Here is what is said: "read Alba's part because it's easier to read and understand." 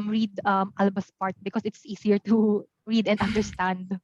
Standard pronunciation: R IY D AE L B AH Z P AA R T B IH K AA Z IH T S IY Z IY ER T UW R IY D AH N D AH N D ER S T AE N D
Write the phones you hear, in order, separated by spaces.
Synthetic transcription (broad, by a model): R IY D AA L B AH S P AA R T B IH K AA S IH T S IY S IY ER T UW R IY D AH N D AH N D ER S T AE N D